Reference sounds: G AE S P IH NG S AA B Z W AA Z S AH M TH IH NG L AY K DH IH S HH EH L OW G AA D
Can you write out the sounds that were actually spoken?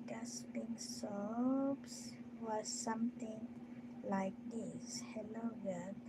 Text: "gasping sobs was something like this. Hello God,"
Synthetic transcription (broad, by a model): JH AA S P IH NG S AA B S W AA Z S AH M T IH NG L AY K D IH S HH EH L OW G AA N